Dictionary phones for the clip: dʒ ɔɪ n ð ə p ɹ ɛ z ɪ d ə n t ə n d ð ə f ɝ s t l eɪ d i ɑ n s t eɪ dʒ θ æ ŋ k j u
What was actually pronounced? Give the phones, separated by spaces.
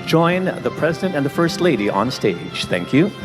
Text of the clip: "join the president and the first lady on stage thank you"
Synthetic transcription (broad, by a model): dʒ ɔɪ n ð ə p ɹ ɛ z ɪ d ə n t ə n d ð ə f ɝ s t l eɪ d i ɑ n s t eɪ dʒ θ æ ŋ k j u